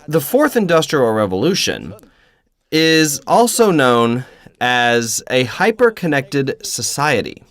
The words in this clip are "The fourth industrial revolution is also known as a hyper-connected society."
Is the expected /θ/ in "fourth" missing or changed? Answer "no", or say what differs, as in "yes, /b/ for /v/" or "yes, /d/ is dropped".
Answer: no